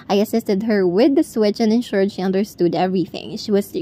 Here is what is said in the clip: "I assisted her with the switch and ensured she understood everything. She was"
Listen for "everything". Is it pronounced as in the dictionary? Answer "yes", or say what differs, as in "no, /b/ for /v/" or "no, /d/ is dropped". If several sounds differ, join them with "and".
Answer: yes